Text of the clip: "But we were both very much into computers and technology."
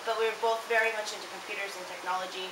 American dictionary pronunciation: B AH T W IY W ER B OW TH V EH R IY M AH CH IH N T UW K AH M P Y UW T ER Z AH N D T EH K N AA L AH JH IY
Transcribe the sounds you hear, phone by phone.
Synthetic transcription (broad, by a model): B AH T W IY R B OW TH V EH R IY M AH CH IH N T UW K AH M P Y UW T ER Z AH N T EH K N AA L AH JH IY